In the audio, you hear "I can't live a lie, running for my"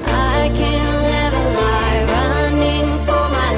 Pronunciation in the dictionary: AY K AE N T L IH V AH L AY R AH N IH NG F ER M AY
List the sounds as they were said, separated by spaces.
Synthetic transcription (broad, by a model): AY K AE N L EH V AH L AY R AH N IH NG F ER M AY